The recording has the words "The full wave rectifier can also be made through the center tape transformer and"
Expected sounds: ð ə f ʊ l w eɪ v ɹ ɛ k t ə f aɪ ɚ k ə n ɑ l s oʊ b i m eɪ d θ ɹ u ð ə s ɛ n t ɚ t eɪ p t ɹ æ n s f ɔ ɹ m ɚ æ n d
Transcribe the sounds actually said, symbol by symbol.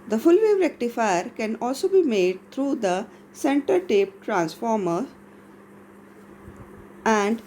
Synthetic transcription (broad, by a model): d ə f ʊ l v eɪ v ɹ ɛ k t ə f aɪ ɚ k ə n ɑ l s oʊ b i m eɪ d t ɹ u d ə s ɛ n t ɚ t eɪ p t ɹ æ n s f ɔ ɹ m ɚ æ n d